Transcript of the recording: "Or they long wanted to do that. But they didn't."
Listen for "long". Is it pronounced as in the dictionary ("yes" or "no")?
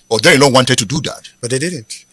no